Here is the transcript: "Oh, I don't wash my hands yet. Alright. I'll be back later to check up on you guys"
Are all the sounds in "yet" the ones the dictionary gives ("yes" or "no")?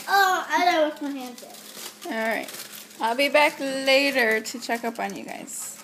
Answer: no